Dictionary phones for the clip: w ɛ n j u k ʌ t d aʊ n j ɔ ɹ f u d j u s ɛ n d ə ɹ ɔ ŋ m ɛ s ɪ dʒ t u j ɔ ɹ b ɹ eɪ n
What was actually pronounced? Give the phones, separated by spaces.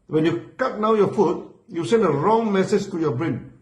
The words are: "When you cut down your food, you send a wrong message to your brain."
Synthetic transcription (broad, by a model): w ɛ n j u k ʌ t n aʊ j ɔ f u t j u s ɛ n d ə ɹ ɔ ŋ m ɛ s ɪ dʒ t u j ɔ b ɹ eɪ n